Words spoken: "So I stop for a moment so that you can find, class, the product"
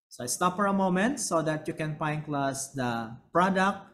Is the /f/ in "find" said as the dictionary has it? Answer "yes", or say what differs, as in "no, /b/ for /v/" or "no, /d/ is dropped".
no, /p/ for /f/